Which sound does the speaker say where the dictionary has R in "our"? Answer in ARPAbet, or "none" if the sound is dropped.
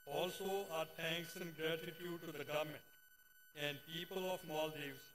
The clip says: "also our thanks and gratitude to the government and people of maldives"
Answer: R